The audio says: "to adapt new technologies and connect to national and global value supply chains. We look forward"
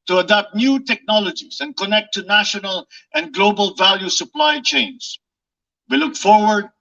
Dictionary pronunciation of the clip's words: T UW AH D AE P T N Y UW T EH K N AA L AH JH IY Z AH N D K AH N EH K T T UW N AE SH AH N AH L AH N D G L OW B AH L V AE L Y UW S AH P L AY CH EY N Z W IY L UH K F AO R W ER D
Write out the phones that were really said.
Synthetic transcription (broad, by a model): T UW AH D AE P T N Y UW T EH K N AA L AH JH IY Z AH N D K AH N EH K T T UW N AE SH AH N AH L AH N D G L OW B AH L V AE L Y UW S AH P L AY CH EY N S W IY L UH K F AO R W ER D